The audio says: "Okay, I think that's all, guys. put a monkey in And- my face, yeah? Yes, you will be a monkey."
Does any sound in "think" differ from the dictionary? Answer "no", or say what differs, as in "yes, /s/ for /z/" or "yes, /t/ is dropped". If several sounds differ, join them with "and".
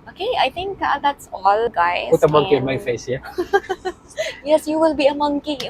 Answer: yes, /t/ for /θ/